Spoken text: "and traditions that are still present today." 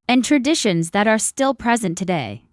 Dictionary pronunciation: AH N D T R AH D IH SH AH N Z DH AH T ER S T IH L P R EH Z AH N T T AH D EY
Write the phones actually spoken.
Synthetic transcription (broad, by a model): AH N T R AH D IH SH AH N Z DH AH T ER S T IH L P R EH Z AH N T T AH D EY